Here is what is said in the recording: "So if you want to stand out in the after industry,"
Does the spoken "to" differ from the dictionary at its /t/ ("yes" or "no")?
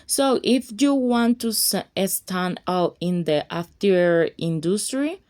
yes